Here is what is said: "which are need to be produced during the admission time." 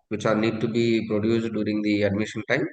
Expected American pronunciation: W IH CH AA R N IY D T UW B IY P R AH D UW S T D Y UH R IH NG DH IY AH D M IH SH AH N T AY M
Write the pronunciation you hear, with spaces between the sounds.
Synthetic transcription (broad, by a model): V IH CH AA L N IY D T UW B IY P R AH D UW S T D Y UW R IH NG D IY AH D M IH SH AH N T AY M